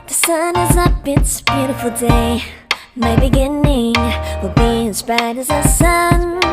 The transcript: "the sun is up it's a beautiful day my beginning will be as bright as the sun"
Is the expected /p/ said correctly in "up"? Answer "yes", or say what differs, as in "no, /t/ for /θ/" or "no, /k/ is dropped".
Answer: no, /b/ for /p/